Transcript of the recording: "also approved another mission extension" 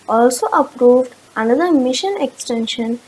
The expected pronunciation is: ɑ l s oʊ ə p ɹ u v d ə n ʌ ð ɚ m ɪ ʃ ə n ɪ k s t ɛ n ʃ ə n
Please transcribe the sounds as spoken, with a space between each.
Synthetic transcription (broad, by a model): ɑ l s oʊ ə p ɹ u v d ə n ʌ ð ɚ m ɪ ʃ ə n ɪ k s t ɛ n ʃ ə n